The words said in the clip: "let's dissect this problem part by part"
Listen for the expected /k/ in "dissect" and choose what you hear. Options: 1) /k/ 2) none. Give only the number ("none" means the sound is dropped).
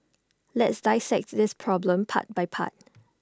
1